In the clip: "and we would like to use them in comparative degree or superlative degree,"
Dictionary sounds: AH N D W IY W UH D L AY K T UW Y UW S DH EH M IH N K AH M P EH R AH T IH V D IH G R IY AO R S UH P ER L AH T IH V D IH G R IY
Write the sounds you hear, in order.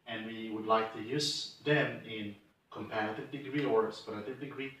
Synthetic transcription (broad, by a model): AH N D W IY W UH D L AY K T UW Y UW S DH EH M IH N K AH M P EH R AH T IH V D IH G R IY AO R S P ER AH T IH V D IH G R IY